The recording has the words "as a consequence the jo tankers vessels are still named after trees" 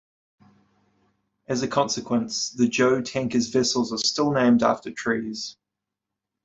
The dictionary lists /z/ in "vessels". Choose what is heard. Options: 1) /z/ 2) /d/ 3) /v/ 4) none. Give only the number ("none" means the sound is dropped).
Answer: 1